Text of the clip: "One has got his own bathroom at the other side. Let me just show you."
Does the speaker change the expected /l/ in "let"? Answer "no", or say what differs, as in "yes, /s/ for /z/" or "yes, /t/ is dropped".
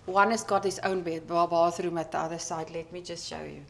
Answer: no